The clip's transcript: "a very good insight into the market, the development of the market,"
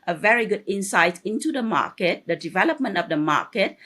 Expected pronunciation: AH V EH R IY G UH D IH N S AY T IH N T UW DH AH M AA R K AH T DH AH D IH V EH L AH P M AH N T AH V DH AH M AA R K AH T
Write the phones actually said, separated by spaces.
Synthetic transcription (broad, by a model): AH V EH R IY G UH D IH N S AY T IH N T UW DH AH M AA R K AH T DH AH D IH V EH L AH P M AH N T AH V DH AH M AA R K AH T